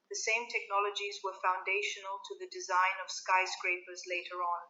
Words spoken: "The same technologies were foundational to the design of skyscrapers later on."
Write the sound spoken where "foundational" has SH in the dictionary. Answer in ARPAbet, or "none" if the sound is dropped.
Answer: SH